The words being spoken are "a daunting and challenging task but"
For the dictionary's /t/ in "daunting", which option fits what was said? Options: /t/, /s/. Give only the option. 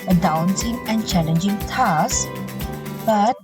/s/